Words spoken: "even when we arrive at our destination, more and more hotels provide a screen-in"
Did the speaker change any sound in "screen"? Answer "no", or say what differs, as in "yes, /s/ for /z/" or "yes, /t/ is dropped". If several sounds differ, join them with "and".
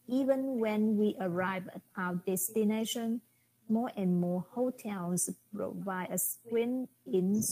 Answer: yes, /w/ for /ɹ/